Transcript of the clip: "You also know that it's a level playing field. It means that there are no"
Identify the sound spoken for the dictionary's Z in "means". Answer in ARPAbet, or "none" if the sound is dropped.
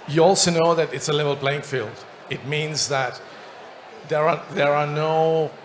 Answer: Z